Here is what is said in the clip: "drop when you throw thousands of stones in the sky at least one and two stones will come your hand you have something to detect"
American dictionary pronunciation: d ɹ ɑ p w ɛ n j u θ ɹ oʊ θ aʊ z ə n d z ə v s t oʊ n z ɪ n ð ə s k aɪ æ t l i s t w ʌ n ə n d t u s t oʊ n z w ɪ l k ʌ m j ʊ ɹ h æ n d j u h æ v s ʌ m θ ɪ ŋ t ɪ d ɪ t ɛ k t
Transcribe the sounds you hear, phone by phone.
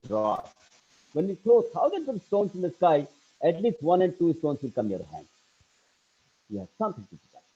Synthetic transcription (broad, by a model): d ɹ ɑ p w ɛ n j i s oʊ t aʊ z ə n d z ə v s t oʊ n s ɪ n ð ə s k aɪ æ t l i s t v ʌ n ə n d t u s t oʊ n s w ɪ l k ʌ m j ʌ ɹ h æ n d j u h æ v s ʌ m t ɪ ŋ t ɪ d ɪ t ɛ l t